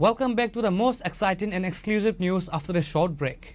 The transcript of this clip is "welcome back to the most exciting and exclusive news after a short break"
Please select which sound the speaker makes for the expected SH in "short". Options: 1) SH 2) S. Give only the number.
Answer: 1